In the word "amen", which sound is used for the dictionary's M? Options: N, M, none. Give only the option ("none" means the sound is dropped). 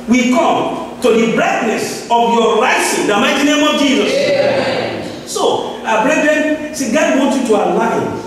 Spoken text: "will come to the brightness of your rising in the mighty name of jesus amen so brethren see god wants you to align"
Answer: none